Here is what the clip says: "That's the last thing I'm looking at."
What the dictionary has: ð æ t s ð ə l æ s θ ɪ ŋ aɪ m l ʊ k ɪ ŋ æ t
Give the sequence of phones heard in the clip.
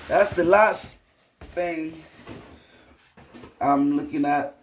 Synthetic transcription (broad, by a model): ð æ t s ð ə l æ s θ ɪ ŋ aɪ m l ʊ k ɪ ŋ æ t